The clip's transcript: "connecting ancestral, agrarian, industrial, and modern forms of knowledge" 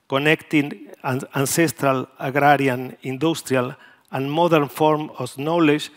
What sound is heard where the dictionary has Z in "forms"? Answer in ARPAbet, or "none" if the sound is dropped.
none